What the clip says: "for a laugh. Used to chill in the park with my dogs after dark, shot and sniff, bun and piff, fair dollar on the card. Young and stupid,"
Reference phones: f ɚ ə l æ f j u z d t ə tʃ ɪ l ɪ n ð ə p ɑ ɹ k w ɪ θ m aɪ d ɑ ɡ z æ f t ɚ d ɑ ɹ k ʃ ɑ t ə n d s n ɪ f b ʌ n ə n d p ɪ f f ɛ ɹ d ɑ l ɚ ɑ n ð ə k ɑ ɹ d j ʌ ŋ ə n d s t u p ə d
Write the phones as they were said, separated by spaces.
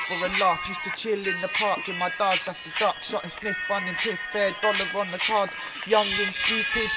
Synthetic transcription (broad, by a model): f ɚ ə l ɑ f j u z t ə tʃ ɪ l ɪ n ð ə p ɑ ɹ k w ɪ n m aɪ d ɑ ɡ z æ f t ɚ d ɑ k ʃ ɑ t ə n s n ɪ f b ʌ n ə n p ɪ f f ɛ d ɑ l ɚ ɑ n ð ə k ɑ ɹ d j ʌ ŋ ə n s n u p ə